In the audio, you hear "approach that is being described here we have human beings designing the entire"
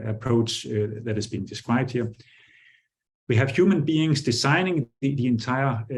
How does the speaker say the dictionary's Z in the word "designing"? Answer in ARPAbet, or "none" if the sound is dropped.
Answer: S